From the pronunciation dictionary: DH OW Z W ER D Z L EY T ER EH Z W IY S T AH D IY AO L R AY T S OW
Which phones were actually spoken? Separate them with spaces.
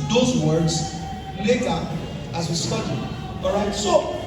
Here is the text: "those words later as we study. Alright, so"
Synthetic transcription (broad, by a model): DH OW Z W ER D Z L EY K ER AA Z W IY S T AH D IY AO R AY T S OW